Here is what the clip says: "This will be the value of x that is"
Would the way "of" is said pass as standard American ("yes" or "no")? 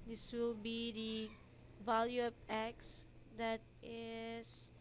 no